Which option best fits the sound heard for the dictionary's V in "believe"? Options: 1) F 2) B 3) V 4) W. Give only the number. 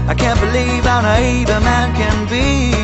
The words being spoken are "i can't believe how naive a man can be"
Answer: 3